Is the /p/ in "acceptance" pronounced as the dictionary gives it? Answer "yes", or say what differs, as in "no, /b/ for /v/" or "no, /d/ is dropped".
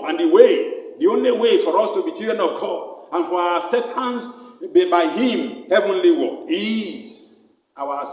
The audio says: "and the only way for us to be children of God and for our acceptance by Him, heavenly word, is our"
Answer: no, /p/ is dropped